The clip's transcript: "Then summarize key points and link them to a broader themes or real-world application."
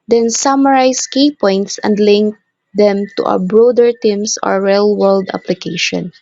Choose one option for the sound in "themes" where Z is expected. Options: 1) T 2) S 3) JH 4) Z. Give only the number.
2